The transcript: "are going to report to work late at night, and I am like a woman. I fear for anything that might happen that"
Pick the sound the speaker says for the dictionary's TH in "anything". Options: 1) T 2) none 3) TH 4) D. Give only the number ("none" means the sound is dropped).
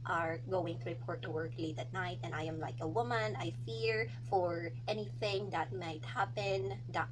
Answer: 3